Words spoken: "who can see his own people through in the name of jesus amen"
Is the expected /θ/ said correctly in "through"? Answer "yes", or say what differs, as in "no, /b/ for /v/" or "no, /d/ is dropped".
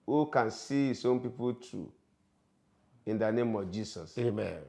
no, /t/ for /θ/